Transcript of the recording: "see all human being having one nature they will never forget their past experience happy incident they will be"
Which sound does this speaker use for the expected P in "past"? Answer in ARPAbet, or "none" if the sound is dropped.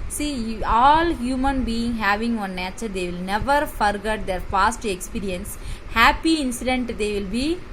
F